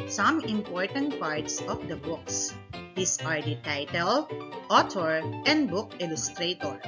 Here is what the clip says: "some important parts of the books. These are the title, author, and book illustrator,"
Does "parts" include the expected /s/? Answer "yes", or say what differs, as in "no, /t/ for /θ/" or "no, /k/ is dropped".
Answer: yes